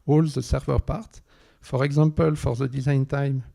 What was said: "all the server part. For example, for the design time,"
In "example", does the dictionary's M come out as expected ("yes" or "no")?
no